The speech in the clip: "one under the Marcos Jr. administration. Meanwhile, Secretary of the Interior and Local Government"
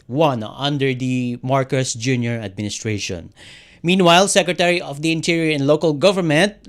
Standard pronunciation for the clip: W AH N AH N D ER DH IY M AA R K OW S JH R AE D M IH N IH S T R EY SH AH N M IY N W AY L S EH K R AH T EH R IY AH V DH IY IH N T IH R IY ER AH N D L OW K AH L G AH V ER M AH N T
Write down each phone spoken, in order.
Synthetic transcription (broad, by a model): W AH N AH N D ER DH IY M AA R K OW S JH R AE D M IH N IH S T R EY SH AH N M IY N W AY L S EH K R AH T EH R IY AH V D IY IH N T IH R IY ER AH N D L OW K AH L G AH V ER M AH N T